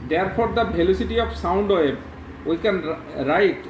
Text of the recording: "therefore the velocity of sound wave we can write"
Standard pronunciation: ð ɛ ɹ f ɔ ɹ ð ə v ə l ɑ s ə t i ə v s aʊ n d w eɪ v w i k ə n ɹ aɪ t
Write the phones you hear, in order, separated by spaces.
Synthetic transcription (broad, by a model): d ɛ ɹ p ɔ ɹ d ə b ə l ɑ s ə t i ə p s aʊ n d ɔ w i k ə n ɹ aɪ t